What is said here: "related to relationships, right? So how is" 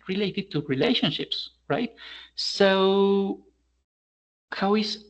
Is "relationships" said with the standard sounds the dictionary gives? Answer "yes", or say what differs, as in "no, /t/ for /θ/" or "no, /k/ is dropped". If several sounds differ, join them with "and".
yes